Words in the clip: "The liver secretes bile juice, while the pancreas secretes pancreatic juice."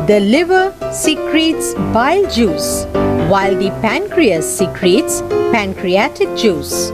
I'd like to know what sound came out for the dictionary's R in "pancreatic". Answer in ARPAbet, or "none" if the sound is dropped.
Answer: R